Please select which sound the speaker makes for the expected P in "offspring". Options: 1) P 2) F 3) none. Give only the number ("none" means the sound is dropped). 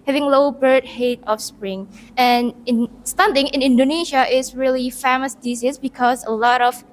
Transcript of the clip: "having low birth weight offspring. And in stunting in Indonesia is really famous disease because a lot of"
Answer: 1